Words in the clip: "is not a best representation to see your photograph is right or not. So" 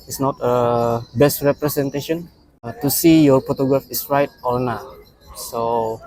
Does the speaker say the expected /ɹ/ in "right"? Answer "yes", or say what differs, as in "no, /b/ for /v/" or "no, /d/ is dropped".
yes